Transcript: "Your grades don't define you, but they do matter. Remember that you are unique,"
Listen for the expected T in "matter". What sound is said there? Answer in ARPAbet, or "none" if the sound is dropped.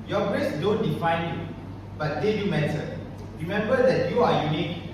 S